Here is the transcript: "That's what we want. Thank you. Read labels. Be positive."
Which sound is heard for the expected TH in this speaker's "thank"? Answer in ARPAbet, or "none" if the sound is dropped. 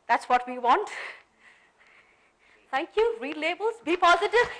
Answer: T